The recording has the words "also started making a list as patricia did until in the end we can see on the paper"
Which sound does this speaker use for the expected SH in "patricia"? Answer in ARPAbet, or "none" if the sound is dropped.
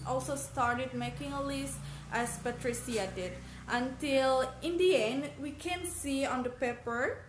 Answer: S